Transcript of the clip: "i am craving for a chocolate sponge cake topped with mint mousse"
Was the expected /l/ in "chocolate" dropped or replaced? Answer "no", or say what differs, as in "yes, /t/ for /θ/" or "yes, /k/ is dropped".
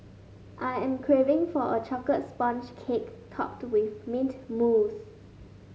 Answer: yes, /l/ is dropped